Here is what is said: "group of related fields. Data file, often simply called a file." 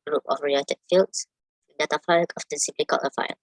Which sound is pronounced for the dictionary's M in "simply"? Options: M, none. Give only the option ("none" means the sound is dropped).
none